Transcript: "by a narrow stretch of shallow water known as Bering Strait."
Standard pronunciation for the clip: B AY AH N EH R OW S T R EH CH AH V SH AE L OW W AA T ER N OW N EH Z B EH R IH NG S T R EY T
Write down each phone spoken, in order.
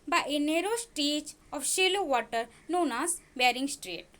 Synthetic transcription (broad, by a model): B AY AH N EH R OW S T EH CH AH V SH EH L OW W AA T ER N OW N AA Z B EH R IH NG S T R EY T